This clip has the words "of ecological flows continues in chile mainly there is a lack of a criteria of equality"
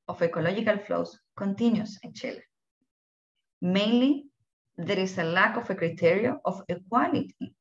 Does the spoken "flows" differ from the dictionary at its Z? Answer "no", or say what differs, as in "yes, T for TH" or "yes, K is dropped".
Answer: yes, S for Z